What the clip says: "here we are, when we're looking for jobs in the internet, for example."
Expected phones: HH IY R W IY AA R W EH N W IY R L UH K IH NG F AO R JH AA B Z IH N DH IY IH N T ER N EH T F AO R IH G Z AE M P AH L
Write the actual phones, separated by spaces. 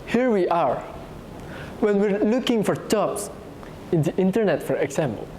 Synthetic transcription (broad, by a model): HH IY R W IY AA R W EH N W IY R L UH K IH NG F AO R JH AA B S IH N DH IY IH N T ER N EH T F AO R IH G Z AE M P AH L